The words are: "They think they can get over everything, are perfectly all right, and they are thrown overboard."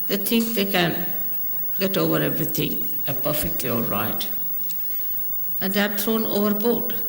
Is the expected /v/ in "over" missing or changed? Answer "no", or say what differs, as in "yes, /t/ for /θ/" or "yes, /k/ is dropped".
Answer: no